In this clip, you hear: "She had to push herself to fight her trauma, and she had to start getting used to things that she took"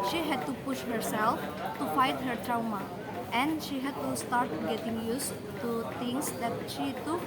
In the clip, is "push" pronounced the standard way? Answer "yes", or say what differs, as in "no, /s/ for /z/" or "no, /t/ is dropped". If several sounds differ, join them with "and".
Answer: yes